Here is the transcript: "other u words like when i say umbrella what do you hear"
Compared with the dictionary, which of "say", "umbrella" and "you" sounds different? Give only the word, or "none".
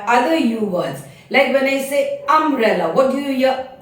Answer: umbrella